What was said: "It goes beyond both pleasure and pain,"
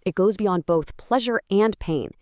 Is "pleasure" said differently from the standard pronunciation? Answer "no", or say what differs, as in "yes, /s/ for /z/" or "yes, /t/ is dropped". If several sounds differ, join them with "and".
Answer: no